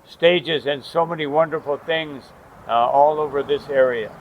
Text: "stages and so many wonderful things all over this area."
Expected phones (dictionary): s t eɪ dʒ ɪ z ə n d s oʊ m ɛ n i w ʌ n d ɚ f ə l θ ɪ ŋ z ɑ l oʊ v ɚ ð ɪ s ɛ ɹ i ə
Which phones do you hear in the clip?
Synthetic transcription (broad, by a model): s t eɪ dʒ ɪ z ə n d s oʊ m ɛ n i w ʌ n d ɚ f l θ ɪ ŋ z ɑ l oʊ v ɚ ð ɪ s ɛ ɹ i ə